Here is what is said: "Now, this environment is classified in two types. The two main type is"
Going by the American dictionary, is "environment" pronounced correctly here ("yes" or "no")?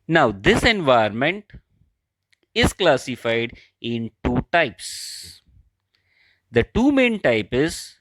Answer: no